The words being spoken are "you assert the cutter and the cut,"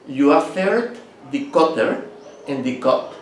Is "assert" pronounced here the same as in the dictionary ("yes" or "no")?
no